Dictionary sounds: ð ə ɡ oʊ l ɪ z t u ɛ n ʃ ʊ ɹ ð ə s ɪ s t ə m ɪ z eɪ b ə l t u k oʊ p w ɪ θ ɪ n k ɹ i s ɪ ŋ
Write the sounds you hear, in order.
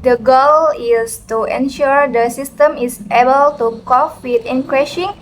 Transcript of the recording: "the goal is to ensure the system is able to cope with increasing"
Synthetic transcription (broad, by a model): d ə ɡ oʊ l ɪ s t u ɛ n ʃ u ɹ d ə s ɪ s t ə m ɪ s eɪ b ə l t u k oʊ f w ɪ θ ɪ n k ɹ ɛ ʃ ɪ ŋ